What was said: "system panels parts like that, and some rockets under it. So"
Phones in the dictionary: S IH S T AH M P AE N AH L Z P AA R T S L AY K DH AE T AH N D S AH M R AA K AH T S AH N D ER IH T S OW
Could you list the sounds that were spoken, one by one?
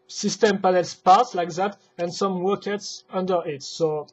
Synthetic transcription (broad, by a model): S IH S T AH M P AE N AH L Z P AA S L AY K DH AE T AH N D S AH M W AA K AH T S AH N D ER IH T S OW